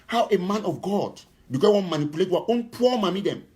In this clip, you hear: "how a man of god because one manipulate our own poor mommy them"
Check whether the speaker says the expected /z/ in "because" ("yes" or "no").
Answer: no